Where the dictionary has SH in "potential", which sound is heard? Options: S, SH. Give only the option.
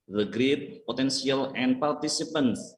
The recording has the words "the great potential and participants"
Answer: S